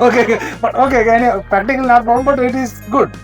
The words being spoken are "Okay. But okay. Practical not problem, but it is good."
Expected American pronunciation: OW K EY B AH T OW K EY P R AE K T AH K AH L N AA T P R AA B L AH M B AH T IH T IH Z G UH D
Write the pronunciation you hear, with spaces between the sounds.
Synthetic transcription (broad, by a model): OW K EY B AH T OW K EY P R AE K T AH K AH L N AA T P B AH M B AH T IH T IH Z G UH D